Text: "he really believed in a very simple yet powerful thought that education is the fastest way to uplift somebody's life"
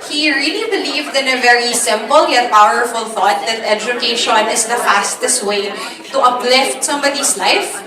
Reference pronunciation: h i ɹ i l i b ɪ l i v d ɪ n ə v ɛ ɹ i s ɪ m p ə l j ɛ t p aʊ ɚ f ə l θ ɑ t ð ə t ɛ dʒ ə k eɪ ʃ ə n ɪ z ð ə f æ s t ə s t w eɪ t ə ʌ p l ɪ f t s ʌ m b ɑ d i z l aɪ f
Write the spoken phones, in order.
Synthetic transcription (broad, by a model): h i ɹ i l i b ɪ l i v d ɪ n ə v ɛ ɹ i s ɪ m p ə l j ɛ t p aʊ ɚ f ə l θ ɑ t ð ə t ɛ dʒ ə k eɪ ʃ ə n ɪ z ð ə f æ s t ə s t w eɪ t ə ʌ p l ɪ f t s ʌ m b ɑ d i s l aɪ f